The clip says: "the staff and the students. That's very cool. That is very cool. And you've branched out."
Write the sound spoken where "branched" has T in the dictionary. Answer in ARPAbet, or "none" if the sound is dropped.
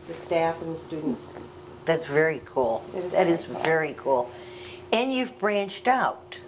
T